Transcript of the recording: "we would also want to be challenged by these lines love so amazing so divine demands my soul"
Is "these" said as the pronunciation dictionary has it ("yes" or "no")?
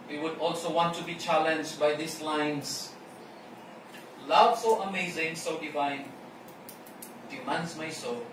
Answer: no